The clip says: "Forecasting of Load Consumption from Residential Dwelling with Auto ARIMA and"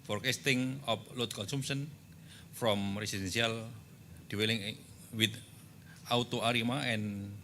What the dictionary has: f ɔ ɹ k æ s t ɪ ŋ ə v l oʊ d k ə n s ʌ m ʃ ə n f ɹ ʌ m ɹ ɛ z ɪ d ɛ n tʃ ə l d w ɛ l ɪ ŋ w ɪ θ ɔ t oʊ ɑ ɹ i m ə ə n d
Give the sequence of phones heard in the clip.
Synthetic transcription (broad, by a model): f ɔ ɹ k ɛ s t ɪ ŋ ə p l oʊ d k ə n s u m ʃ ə n f ɹ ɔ m ɹ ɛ s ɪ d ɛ n s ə l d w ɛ l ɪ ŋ w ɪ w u t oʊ ɑ ɹ i m ə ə n